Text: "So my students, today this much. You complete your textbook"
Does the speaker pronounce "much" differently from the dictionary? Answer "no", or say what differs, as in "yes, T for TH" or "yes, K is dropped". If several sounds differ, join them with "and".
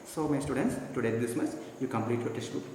yes, S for CH